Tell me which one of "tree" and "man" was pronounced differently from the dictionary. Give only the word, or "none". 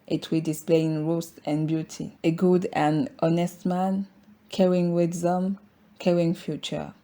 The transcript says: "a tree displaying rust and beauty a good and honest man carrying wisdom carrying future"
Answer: tree